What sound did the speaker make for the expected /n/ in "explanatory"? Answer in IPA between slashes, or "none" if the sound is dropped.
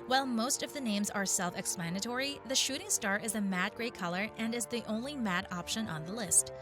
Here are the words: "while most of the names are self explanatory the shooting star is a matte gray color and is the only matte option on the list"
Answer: /n/